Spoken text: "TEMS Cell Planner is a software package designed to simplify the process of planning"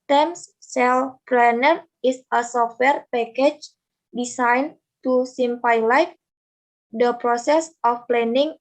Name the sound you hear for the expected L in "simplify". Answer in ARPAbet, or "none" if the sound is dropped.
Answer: none